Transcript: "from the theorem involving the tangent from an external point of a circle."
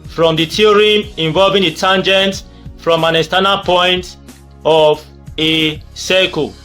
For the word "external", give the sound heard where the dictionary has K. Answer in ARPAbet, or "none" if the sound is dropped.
none